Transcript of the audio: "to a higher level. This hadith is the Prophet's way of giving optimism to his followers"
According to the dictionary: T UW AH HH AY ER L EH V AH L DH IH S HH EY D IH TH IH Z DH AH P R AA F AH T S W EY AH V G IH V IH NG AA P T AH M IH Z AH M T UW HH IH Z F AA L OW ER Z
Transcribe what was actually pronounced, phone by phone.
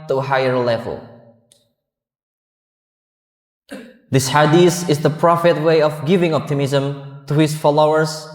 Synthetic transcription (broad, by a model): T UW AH HH AY ER L EH V AH L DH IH S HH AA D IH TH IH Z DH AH P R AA F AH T W EY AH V G IH V IH NG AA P T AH M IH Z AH M T UW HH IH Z F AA L OW ER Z